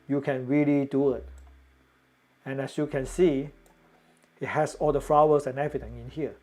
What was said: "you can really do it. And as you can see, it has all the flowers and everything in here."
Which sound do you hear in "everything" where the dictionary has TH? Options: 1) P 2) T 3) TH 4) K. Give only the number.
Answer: 2